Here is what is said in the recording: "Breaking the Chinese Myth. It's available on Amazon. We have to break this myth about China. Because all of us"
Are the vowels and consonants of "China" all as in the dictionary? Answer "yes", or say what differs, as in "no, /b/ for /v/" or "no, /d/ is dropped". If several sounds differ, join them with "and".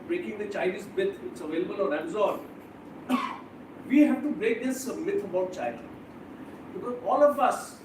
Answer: no, /l/ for /n/